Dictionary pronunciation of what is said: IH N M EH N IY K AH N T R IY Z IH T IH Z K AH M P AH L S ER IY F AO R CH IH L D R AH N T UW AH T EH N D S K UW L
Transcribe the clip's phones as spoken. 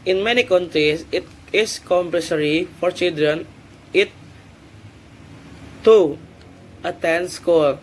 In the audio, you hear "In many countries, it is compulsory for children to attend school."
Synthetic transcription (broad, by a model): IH N M EH N IY K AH N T R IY S IH T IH S K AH M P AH S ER IY F AO R CH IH L D R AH N T UW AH T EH N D S K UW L